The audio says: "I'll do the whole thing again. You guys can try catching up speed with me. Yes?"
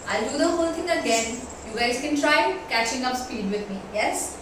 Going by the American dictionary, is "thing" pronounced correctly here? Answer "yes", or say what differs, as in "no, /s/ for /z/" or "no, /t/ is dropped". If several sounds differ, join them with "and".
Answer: no, /t/ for /θ/